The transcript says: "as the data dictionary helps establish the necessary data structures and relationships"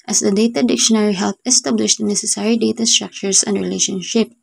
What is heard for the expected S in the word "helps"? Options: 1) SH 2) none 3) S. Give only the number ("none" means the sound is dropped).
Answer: 2